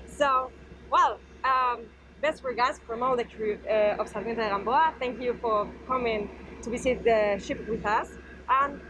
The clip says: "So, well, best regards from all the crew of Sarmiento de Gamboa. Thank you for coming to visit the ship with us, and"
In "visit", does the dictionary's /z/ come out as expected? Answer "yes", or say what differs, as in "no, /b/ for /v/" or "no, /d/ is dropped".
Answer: no, /s/ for /z/